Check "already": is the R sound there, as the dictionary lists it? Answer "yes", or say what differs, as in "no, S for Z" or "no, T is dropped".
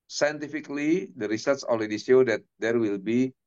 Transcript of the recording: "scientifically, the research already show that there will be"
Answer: no, L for R